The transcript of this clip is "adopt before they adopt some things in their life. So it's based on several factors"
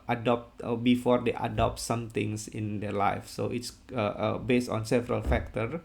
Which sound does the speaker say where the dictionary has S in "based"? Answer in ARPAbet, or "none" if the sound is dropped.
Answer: S